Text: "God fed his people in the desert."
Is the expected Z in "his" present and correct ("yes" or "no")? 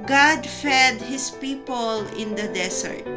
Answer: no